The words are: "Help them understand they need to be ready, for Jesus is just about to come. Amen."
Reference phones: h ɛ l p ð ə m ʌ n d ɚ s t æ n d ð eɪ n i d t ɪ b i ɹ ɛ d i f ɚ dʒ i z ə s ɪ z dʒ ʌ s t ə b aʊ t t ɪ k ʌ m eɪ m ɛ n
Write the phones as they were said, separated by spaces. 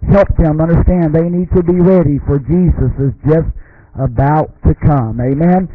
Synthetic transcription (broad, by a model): h ɛ l p ð ə m ʌ n d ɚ s t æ n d ð eɪ n i d t ɪ b i ɹ ɛ d i f ɚ dʒ i z ə s ɪ z dʒ ʌ s t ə b aʊ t t ɪ k ʌ m eɪ m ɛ n